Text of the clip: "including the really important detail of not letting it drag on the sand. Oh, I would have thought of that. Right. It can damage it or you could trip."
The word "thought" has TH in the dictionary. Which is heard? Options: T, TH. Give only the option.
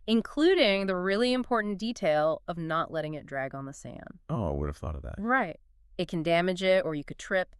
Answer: TH